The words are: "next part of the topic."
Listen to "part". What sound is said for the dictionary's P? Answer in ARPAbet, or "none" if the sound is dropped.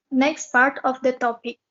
P